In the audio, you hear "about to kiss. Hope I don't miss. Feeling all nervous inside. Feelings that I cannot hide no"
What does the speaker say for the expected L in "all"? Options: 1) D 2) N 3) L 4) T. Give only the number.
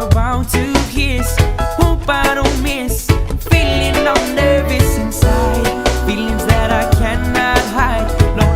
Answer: 2